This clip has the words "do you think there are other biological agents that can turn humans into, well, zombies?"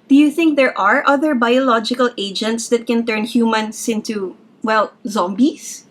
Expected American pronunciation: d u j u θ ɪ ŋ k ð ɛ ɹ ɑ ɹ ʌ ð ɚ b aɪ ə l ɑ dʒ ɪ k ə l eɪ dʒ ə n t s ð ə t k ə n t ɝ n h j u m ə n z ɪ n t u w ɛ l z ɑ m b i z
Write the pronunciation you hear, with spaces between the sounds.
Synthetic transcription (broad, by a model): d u j u θ ɪ ŋ k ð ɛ ɹ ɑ ɹ ʌ ð ɚ b aɪ ə l ɑ dʒ ɪ k ə l eɪ dʒ ə n t s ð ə t k ə n t ɝ n h j u m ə n s ɪ n t u w ɛ l z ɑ m b i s